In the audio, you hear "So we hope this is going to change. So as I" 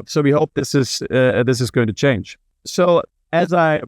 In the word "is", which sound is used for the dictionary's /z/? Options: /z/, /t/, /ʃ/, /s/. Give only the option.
/z/